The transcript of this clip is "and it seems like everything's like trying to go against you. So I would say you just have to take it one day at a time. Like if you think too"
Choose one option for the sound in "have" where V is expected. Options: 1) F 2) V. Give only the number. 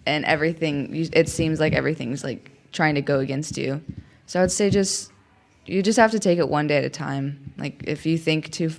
1